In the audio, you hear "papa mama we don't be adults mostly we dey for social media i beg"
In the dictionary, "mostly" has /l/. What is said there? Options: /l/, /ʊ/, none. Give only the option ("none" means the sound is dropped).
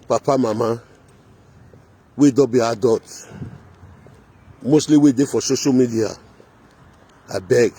/l/